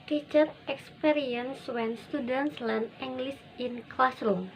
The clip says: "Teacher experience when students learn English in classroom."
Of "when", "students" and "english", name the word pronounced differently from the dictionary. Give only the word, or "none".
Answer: english